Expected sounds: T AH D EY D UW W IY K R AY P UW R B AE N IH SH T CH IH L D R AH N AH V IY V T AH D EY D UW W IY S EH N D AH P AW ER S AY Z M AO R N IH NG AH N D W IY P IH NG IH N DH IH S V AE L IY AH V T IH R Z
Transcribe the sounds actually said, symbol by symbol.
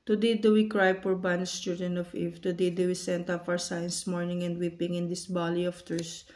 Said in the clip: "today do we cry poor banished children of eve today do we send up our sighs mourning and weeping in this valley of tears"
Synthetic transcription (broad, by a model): T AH D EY D UW W IY K R AY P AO R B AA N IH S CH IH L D AH N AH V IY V T AH D EY D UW W IY S EH N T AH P AW ER S AY S M AO R N IH NG AH N D W IY P IH NG IH N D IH S B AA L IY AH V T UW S